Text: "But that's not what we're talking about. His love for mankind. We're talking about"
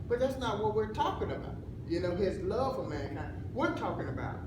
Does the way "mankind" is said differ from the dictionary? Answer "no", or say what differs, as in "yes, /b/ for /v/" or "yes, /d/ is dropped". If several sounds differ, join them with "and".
yes, /k/ is dropped